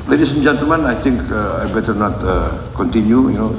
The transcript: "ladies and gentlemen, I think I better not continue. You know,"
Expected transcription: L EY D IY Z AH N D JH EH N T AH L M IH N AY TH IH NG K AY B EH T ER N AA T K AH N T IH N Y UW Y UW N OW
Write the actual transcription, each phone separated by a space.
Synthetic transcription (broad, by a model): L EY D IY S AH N JH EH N T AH M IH N AY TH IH NG K AY B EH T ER N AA T K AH N T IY N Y UW Y UW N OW